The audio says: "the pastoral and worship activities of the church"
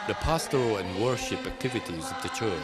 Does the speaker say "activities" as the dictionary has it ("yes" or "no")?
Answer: yes